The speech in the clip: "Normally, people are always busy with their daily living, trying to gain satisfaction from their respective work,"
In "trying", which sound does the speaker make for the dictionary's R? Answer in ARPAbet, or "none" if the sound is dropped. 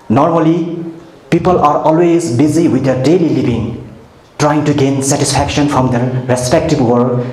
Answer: R